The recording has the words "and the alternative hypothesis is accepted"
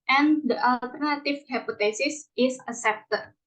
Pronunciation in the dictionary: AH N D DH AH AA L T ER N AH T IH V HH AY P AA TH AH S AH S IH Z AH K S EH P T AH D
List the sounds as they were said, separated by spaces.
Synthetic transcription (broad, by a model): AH N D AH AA L T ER N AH T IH F HH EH P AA T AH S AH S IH S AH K S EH P T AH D